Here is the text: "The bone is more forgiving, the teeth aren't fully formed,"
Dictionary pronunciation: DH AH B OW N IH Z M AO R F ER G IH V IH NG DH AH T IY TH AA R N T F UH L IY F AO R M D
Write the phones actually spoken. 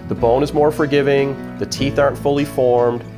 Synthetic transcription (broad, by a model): DH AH B OW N IH Z M AO R F ER G IH V IH NG DH AH T IY TH AA R N T F UH L IY F AO R M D